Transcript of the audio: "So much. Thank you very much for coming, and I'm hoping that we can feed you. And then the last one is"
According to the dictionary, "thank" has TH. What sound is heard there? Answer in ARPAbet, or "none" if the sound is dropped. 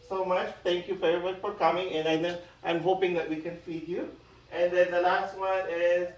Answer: T